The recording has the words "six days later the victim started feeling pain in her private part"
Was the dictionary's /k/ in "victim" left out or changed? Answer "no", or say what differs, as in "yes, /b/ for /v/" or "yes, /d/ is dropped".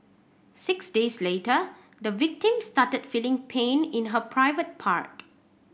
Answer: no